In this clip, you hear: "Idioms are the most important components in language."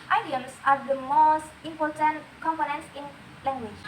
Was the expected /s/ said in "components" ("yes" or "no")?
no